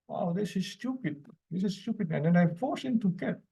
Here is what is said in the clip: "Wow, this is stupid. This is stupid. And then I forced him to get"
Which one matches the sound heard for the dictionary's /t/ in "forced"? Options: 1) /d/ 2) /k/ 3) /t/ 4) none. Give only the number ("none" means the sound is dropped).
4